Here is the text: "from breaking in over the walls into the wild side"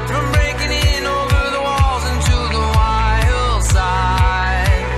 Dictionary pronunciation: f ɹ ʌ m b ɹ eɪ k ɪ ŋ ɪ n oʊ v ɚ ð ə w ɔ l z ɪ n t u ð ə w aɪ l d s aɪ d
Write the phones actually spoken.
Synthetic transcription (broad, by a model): f ɹ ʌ m b ɹ eɪ k ɪ ŋ ɪ n oʊ v ɚ ð ə w ɔ l z ɪ n t u ð ə w aɪ l s aɪ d